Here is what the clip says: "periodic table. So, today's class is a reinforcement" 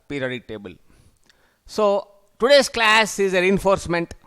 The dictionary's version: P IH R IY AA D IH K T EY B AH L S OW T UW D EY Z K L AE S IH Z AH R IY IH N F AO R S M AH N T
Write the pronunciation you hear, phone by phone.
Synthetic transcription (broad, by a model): P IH R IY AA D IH T EY B AH L S OW T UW D EY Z K L AE S IH Z AH R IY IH N F AO R S M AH N T